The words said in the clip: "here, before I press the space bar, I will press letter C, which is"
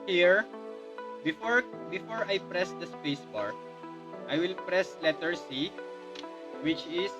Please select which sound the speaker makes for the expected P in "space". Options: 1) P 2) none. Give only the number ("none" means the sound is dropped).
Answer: 1